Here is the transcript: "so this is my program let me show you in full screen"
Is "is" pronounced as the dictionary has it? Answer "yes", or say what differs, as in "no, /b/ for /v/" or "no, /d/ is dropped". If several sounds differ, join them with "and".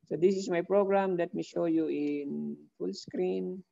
no, /s/ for /z/